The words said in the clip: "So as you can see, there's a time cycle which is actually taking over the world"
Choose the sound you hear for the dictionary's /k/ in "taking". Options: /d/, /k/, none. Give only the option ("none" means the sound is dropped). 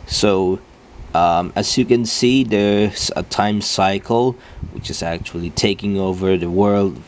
/k/